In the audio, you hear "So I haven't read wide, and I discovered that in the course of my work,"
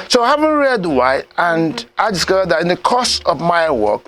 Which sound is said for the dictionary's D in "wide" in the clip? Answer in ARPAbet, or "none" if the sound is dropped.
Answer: none